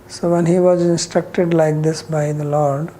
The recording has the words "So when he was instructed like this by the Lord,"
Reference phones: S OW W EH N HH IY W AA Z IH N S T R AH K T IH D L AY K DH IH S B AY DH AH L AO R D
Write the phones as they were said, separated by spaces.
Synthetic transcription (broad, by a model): S OW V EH N HH IY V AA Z IH N S T R AH K T IH D L AY K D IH S B AY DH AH L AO R D